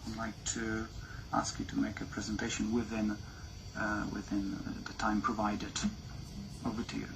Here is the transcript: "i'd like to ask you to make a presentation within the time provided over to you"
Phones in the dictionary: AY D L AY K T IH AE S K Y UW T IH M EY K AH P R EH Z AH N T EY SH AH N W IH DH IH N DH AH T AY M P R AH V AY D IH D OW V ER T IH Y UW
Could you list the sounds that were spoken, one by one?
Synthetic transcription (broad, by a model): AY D L AY K T IH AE S K Y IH T IH M EY K AH P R EH Z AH N T EY SH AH N W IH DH IH N DH AH T AY M P R AH V AY D IH D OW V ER T IH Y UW